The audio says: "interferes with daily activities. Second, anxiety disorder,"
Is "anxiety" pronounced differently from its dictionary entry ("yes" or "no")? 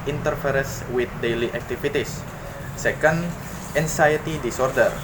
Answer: yes